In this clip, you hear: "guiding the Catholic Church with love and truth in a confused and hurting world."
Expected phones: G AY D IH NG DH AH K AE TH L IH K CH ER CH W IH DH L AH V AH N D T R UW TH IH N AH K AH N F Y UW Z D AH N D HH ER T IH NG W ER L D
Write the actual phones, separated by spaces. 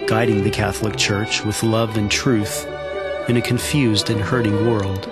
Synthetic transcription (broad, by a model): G AY D IH NG DH AH K AE TH L IH K CH ER CH W IH DH L AH V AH N T R UW TH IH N AH K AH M F Y UW Z D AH N HH ER T IH NG W ER L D